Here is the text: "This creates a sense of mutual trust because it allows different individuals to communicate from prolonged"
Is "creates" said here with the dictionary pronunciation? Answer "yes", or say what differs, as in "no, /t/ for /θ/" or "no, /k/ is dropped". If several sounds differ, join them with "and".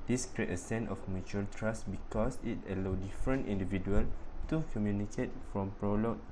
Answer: no, /s/ is dropped